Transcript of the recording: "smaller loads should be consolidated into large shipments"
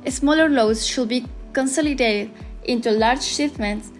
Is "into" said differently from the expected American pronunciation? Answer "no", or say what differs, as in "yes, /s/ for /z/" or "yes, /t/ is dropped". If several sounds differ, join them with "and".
no